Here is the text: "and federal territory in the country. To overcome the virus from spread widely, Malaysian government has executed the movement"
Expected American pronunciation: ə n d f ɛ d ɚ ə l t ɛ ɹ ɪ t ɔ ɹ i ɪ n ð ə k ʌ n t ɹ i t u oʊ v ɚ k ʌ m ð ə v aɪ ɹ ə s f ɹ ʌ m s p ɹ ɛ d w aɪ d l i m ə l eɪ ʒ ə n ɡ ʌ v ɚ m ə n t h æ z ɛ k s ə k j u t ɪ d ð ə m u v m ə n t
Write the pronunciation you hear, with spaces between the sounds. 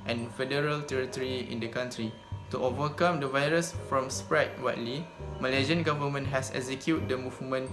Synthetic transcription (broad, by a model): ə n f ɛ d ɚ ə l t ɛ ɹ ɪ t ɔ ɹ i ɪ n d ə k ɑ n t ɹ i t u oʊ v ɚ k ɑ m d ə v aɪ ɹ ə s f ɹ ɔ m s p ɹ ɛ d w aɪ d l i m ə l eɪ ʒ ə n ɡ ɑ v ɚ m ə n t h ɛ s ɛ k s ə k j u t d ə m u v m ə n